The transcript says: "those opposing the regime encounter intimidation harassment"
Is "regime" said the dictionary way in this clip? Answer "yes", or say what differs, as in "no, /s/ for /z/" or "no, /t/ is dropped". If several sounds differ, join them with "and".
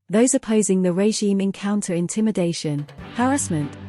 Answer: yes